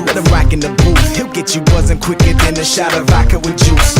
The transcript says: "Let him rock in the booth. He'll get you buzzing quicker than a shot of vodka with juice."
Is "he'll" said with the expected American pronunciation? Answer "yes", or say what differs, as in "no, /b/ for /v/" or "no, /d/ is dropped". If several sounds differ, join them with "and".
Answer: yes